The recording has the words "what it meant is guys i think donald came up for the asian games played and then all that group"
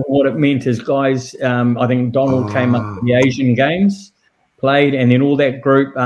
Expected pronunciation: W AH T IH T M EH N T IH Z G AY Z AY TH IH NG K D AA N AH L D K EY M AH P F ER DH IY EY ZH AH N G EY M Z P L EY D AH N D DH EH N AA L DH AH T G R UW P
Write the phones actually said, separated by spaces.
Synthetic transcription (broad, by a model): W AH T IH T M EH N T IH Z G AY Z AY TH IH NG K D AA N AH L D K EY M AH P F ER DH IY EY ZH AH N G EY M Z P L EY D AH N DH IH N AA L DH AH T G R UW P